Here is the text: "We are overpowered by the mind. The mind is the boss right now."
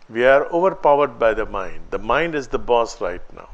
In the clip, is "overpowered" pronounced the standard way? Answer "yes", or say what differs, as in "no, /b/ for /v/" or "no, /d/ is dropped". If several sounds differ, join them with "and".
yes